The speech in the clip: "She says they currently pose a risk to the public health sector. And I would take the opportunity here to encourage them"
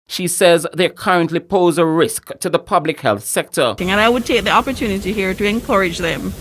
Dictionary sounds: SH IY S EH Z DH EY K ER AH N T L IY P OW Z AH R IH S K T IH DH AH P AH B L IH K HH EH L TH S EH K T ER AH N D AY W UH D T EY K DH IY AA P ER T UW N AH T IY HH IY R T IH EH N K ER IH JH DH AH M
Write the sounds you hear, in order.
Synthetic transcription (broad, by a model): SH IY S EH Z DH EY K ER AH N T L IY P OW Z AH R IH S K T IH DH AH P AH B L IH K HH EH L TH S EH K T ER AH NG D AY W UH D T EY K DH IY AA P ER T UW N AH T IY HH IY R T IH EH N K ER IH JH DH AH M